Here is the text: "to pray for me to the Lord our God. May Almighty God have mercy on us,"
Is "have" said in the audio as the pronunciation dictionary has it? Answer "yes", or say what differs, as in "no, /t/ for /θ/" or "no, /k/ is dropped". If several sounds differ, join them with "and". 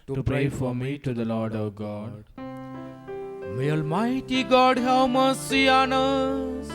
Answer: no, /w/ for /v/